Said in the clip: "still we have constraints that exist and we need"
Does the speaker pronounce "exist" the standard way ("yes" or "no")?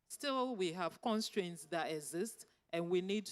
yes